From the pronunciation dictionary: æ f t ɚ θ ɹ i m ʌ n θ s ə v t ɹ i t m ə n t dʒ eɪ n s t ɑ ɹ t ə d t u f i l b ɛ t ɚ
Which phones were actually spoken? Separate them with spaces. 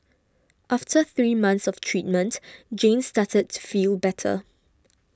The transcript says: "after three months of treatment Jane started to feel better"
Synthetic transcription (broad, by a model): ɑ f t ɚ θ ɹ i m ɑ n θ s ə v t ɹ i t m ə n t dʒ eɪ n s t ɑ t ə d t u f i l b ɛ t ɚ